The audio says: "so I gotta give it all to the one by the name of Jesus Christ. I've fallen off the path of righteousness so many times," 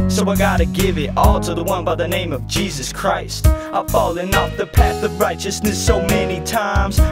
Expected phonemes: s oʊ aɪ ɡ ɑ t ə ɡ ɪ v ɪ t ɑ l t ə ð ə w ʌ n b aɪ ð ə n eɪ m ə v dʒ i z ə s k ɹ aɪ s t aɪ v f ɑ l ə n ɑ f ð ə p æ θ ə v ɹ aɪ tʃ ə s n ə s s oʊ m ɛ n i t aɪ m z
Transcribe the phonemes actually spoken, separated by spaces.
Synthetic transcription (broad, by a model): s oʊ aɪ ɡ ɑ t ə ɡ ɪ v ɪ t ɑ l t ə ð ə w ʌ n b aɪ ð ə n eɪ m ə v dʒ i z ə s k ɹ aɪ s t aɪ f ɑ l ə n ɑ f ð ə p æ θ ə v ɹ aɪ tʃ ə s n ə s s oʊ m ɛ n i t aɪ m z